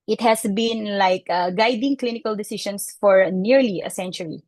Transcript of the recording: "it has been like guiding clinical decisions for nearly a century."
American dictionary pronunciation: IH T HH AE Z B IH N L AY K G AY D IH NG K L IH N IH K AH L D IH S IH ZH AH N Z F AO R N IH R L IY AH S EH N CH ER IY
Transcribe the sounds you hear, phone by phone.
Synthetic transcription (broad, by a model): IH T HH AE S B IH N L AY K G AY D IH NG K L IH N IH K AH L D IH S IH SH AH N S F AO R N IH R L IY AH S EH N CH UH IY